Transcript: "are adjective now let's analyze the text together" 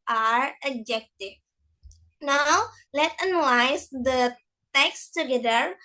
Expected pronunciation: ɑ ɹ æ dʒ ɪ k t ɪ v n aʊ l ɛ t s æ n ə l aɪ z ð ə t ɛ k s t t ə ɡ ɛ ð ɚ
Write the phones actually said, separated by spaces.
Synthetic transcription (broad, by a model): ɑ ɹ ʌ dʒ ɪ k t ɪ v n aʊ l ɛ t ʌ n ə l aɪ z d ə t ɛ k s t t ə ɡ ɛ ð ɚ